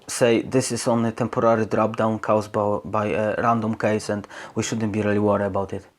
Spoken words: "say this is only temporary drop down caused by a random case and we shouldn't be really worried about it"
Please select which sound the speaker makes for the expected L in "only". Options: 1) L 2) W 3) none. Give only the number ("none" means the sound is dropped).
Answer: 3